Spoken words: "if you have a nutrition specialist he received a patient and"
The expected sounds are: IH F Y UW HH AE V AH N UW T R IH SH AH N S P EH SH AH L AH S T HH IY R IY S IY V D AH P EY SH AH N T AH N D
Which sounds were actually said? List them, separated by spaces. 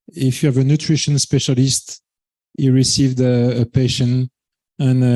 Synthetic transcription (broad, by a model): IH F Y UW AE V AH N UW T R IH SH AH N S P EH SH AH L AH S T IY R IY S IY V D AH P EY SH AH N AH N